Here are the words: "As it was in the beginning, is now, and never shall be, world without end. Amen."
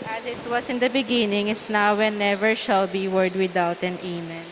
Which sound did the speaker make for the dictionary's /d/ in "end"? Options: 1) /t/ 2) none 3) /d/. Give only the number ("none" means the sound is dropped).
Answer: 2